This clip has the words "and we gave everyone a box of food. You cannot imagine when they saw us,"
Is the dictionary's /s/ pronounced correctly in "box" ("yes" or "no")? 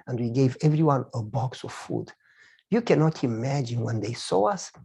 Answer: yes